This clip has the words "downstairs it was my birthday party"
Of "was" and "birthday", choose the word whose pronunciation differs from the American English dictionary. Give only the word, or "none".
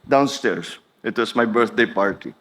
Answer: was